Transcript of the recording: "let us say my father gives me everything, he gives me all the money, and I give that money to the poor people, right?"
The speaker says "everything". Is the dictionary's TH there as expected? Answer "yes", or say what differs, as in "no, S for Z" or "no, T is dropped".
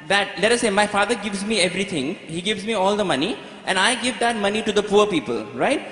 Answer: no, T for TH